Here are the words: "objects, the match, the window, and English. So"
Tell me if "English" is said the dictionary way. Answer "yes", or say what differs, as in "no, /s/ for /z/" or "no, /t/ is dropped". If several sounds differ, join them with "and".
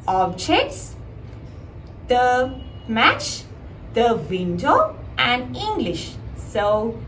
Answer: yes